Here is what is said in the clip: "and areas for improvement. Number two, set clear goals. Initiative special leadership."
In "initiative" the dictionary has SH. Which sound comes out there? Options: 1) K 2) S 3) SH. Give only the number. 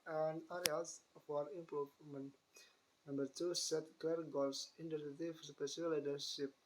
2